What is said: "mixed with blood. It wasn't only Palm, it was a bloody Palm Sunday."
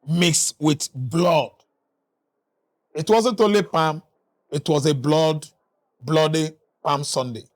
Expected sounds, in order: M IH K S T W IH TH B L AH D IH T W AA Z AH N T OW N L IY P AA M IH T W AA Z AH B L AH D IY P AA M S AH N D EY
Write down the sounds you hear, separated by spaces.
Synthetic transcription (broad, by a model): M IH K S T W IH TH B L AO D IH T W AA Z AH N T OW L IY P AA M IH T W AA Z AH B L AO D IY P AA M S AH N D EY